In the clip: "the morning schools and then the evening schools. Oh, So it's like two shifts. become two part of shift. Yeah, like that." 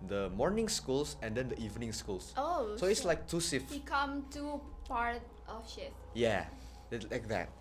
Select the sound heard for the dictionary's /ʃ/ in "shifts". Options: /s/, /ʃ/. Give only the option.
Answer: /s/